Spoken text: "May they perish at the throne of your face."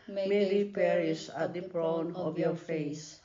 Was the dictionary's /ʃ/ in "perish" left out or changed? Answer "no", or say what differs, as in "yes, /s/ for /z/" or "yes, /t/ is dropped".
yes, /s/ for /ʃ/